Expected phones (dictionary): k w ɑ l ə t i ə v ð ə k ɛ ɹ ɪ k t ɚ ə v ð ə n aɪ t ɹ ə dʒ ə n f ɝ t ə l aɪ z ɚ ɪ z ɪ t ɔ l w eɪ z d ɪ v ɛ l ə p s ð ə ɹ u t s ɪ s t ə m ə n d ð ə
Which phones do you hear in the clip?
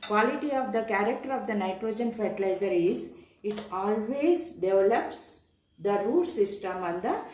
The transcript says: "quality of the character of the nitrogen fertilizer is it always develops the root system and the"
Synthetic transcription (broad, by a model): k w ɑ l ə t i ə v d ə k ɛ ɹ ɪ k t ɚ ə v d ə n aɪ t ɹ ə dʒ ə n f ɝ t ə l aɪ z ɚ ɪ z ɪ t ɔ l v eɪ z d ɪ v ɛ l ə p s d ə ɹ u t s ɪ s t ə m ə n d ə